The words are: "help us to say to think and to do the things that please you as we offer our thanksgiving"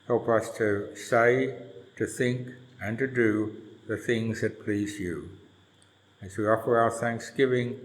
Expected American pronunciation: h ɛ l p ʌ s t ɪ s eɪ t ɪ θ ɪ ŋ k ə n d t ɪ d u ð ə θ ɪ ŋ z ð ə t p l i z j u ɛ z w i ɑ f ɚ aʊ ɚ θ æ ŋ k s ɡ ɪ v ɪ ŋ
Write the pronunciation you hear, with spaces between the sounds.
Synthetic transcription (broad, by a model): h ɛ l p ʌ s t ɪ s eɪ t ɪ θ ɪ ŋ k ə n t ɪ d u ð ə θ ɪ ŋ z ð ə t p l i z j u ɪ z w i ɑ f ɚ aʊ ɚ θ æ ŋ k s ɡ ɪ v ɪ ŋ